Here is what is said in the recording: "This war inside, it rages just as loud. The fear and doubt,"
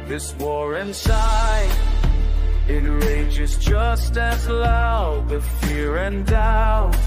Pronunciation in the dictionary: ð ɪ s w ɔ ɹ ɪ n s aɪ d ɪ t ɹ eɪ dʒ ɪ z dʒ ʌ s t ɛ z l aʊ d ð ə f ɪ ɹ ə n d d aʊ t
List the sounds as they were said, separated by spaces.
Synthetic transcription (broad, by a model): ð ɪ s w ɔ ɹ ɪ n s aɪ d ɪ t ɹ eɪ dʒ ɪ z dʒ ʌ s t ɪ z l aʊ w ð f ɪ ɹ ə n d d aʊ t